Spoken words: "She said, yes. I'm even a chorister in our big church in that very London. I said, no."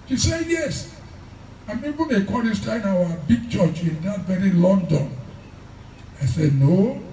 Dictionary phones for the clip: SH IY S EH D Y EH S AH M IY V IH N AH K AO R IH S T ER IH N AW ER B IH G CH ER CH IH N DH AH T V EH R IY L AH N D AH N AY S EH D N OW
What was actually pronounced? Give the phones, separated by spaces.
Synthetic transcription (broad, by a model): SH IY S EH Y EH S AH M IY B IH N AH K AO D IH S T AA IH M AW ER B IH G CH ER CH IH N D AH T V EH R IY L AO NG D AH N AY S EH D N OW